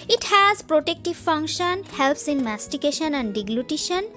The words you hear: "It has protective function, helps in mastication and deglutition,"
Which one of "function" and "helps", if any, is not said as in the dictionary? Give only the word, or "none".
none